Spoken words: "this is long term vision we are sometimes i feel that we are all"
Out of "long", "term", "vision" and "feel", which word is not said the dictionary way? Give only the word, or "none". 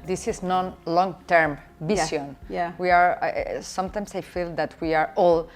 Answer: vision